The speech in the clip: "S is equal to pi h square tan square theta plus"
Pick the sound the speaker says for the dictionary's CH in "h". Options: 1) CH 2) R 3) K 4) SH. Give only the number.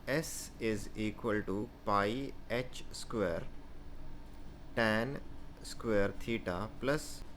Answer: 1